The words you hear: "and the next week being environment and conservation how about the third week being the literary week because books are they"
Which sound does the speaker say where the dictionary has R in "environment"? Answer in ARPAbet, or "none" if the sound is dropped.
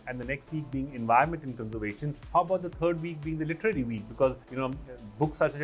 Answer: none